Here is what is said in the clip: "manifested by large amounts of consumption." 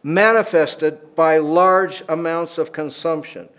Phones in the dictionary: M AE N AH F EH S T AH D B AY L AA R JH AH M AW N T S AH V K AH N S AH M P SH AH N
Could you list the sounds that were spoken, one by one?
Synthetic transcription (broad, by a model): M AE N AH F EH S T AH D B AY L AA R JH AH M AW N T S AH V K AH N S AH M P SH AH N